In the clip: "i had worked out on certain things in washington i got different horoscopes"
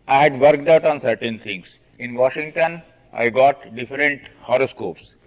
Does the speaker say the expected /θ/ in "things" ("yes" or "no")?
no